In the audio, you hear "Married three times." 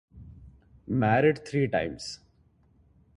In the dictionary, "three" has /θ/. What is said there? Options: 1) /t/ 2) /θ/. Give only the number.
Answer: 1